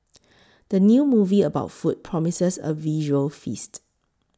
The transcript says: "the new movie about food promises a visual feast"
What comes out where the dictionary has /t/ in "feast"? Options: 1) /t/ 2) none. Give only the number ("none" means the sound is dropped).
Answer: 1